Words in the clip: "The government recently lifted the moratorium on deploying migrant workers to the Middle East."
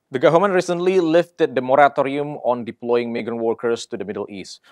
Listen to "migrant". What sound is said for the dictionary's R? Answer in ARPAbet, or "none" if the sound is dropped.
none